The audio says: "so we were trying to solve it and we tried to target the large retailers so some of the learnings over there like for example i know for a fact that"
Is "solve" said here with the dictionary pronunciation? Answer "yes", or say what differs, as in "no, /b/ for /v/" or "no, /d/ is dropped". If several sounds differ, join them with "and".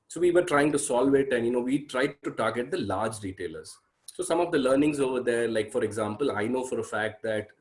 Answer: yes